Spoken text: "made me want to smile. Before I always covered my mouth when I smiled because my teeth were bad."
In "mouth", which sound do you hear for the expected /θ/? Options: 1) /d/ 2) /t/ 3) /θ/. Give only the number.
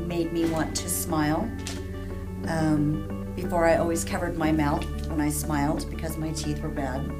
3